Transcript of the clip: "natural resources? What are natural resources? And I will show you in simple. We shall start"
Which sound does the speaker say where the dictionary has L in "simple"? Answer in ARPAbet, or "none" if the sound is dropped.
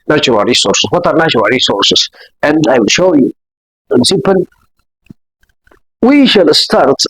N